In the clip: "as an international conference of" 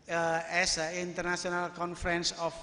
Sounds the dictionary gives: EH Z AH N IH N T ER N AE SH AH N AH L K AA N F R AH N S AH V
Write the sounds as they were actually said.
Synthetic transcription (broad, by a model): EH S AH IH N T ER N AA S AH N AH L K AA N F R AH N S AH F